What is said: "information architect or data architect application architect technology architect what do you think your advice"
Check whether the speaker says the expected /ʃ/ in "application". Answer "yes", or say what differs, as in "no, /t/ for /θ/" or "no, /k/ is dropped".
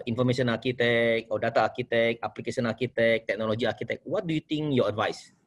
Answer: no, /s/ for /ʃ/